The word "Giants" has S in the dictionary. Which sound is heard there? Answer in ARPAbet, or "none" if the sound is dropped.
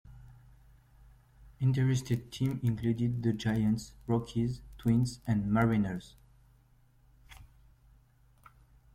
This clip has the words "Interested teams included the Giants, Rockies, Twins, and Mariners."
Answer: S